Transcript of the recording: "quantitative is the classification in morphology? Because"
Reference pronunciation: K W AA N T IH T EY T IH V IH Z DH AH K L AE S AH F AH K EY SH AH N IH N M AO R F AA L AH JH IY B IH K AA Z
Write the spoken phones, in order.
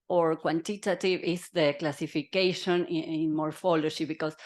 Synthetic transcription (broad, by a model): K W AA N T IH T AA T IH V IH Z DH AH K L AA S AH F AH K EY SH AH N IH N M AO R F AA L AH SH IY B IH K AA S